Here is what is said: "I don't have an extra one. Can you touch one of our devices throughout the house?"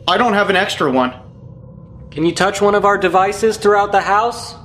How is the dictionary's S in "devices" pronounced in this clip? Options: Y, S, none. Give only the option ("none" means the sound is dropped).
S